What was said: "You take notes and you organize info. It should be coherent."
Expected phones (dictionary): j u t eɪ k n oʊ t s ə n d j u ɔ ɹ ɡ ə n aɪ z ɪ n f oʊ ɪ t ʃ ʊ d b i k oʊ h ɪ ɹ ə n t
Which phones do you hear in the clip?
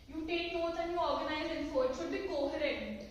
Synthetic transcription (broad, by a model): j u t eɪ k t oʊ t ə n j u ɔ ɹ ɡ ə n aɪ z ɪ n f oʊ ɪ t ʃ ʊ d b i k oʊ h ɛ ɹ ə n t